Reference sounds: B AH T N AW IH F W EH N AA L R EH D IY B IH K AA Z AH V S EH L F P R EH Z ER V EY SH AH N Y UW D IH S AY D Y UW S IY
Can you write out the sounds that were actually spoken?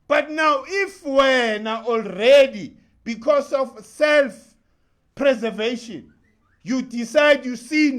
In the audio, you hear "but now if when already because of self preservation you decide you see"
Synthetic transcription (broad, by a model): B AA T N AW IH F W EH N AA L R EH D IY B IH K AA S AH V S EH L F P R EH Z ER V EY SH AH N Y UW D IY S AY D Y UW S IY